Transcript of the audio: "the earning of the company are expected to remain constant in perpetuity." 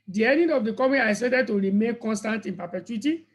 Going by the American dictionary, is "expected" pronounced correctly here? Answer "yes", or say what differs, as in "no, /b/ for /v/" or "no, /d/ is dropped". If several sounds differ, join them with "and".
no, /k/ is dropped and /p/ is dropped and /k/ is dropped